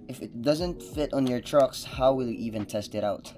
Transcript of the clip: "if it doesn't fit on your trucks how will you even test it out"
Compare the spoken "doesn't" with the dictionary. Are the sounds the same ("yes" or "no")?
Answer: yes